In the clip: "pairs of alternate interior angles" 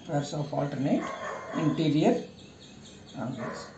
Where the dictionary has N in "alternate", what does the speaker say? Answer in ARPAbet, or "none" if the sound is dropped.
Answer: N